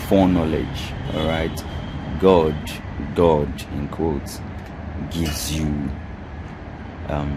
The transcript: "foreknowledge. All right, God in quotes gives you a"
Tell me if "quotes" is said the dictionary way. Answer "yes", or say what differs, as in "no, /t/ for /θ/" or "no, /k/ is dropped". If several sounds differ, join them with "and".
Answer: no, /s/ is dropped